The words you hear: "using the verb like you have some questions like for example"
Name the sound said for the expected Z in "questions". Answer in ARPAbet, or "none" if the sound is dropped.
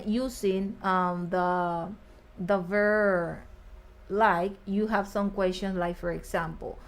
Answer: S